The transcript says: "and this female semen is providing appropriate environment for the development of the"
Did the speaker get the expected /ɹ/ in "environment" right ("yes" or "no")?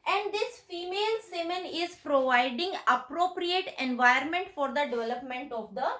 no